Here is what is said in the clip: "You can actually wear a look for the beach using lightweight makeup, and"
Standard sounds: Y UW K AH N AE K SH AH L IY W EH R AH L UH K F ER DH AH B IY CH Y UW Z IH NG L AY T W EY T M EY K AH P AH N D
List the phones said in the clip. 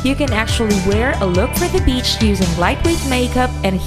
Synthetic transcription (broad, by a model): Y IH K AH N AE K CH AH L IY W EH R AH L UH K F ER DH AH B IY CH Y UW Z IH NG L AY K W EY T M EY K AH P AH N